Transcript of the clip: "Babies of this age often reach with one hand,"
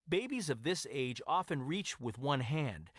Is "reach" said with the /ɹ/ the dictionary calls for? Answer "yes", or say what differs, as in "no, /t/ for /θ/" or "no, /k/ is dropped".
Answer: yes